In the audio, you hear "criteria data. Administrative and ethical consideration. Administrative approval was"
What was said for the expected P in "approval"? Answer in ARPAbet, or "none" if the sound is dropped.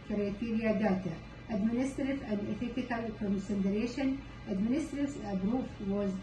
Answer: B